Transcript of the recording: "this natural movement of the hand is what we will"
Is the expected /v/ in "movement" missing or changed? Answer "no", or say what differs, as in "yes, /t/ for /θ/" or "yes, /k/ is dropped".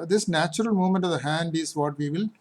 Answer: yes, /v/ is dropped